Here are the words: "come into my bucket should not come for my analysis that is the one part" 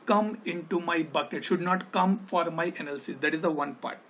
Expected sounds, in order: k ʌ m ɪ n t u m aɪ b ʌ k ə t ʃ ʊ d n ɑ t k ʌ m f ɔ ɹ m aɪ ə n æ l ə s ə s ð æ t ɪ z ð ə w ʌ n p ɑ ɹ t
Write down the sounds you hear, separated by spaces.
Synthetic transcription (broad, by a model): k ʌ m ɪ n t u m aɪ b ʌ k ə t ʃ ʊ d n ɑ t k ʌ m f ɔ ɹ m aɪ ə n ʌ l s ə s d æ t ɪ z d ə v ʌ n p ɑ ɹ t